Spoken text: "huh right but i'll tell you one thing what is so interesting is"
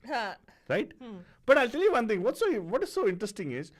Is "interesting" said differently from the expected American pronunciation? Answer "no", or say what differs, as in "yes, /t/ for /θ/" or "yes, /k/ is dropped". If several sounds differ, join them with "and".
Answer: no